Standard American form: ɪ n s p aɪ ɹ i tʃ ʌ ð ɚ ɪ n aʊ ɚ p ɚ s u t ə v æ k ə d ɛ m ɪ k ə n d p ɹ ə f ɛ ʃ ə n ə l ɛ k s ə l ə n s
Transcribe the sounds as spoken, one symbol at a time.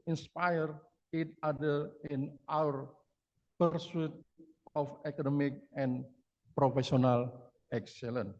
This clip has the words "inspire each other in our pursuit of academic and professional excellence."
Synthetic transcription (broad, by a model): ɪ n s p aɪ ɹ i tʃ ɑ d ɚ ɪ n aʊ ɚ p ɚ s u t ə f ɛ k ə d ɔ m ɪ k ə n p ɹ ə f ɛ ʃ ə n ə l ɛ k s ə l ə n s